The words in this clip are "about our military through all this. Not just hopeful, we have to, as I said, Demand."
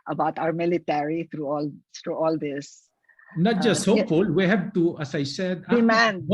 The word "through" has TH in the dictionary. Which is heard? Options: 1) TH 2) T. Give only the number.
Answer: 2